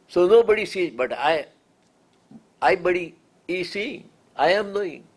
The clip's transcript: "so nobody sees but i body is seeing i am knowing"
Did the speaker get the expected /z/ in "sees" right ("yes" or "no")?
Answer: no